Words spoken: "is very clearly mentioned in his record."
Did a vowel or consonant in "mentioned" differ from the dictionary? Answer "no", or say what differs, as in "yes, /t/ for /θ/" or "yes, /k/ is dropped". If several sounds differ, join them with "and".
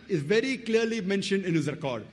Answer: no